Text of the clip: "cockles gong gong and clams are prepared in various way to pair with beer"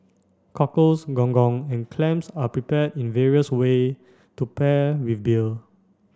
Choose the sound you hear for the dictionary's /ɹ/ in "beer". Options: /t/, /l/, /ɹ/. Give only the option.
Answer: /l/